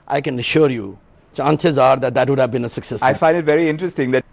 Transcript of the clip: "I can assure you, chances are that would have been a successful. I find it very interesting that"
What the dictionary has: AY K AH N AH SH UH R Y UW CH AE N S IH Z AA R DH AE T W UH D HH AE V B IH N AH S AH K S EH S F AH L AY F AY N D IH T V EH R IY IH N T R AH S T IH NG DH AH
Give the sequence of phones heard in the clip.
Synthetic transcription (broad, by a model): AY K AH N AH SH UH R Y UW CH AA N S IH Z AA R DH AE T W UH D HH AE V B IH N AH S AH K S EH S AH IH F AY N D IH T V EH R IY IH N T R AH S T IH NG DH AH